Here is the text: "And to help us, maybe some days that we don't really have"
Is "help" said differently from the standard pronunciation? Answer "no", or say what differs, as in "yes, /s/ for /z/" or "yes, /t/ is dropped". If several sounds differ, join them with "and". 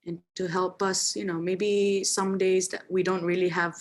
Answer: no